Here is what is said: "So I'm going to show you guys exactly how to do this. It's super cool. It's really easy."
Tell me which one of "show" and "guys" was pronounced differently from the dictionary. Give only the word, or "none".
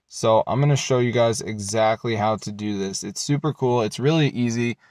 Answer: none